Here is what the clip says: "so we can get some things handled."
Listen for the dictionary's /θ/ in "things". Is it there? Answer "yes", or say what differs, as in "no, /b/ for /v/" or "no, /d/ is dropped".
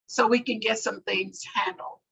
yes